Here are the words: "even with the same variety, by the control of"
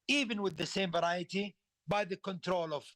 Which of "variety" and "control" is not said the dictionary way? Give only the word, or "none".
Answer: none